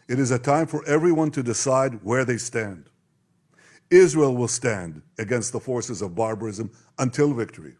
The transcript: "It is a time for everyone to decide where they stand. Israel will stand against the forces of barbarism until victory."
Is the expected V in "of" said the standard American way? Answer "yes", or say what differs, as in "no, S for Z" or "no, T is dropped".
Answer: yes